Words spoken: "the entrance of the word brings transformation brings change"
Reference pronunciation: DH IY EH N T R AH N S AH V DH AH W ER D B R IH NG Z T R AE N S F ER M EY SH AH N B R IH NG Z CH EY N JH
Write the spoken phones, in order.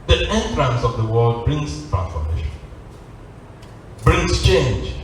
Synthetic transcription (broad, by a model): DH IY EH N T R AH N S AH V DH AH W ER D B R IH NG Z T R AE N F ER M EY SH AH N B R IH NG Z CH EY N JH